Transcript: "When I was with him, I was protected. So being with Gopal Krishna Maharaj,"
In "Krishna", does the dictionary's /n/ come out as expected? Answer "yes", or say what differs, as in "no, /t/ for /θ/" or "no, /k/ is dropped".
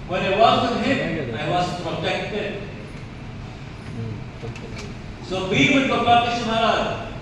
no, /n/ is dropped